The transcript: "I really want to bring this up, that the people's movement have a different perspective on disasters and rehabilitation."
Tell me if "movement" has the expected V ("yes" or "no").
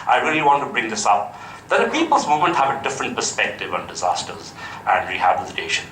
no